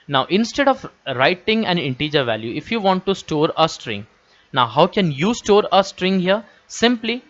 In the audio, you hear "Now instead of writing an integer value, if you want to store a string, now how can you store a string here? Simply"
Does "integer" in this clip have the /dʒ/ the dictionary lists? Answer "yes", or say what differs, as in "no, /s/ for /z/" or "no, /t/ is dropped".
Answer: yes